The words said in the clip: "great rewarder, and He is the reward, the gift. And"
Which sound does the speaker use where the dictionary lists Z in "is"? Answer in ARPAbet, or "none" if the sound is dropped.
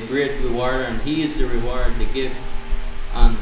Z